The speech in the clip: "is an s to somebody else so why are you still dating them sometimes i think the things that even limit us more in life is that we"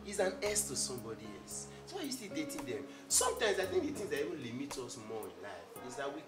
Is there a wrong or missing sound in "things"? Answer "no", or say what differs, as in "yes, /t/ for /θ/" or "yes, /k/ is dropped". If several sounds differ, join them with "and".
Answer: yes, /t/ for /θ/